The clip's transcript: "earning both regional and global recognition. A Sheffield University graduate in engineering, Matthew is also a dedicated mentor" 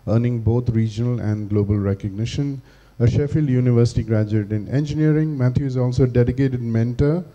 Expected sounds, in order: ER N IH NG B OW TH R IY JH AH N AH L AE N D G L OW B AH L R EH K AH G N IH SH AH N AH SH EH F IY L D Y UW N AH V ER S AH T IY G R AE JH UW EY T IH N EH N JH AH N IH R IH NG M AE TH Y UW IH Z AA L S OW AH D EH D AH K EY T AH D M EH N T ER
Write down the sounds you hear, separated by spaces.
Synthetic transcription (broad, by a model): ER N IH NG B OW T R IY JH AH N AH L AE N D G L OW B AH L R EH K AH G N IH SH AH N AH SH EH F IY L D Y UW N AH V ER S AH T IY G R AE JH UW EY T IH N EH N JH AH N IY R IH NG M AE T Y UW IH Z AA L S OW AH D EH D AH K EY T AH D M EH N T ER